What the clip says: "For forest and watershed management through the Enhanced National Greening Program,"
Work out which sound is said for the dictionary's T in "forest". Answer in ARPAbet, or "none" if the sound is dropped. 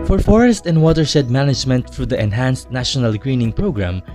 T